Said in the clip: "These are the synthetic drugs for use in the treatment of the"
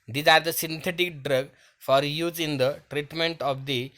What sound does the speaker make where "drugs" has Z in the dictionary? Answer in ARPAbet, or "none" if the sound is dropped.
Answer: none